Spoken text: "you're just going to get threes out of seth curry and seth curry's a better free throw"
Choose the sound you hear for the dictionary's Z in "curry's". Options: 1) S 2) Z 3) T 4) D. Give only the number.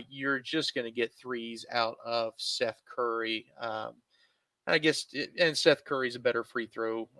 2